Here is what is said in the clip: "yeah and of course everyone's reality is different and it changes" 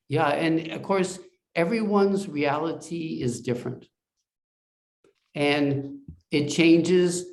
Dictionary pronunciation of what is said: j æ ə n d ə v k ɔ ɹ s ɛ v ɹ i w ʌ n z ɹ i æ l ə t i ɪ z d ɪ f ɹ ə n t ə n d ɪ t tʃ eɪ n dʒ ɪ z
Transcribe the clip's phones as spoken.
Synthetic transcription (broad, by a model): j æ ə n ə v k ɔ ɹ s ɛ v ɹ i w ʌ n z ɹ i æ l ə t i ɪ z d ɪ f ɹ ə n t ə n ɪ t tʃ eɪ n dʒ ɪ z